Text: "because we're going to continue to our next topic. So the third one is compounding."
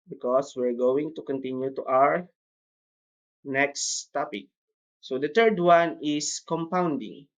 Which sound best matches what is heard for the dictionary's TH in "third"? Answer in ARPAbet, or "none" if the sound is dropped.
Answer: T